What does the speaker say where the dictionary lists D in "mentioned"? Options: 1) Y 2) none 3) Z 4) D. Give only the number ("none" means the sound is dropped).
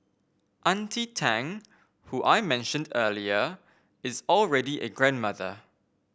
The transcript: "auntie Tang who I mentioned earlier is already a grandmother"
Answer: 4